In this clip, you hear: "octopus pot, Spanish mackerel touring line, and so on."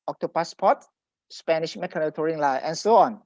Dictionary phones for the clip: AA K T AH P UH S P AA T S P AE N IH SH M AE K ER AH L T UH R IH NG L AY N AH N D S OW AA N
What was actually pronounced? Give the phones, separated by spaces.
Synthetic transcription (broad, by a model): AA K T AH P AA S P AA T S P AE N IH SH M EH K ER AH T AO R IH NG L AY AH N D S OW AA N